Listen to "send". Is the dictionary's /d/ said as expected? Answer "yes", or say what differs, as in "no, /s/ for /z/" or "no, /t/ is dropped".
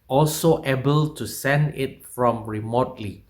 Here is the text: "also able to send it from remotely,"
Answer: yes